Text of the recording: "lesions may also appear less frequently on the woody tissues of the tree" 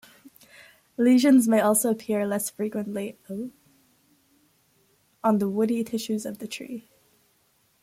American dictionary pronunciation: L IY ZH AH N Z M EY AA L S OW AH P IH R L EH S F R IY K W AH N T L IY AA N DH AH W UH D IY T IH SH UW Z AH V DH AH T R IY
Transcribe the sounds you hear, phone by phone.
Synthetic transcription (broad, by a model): L IY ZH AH N Z M EY AA L S OW AH P IH R L EH S F R IY K W AH N T L IY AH N DH AH W UH D IY T IH SH UW Z AH V DH AH T R IY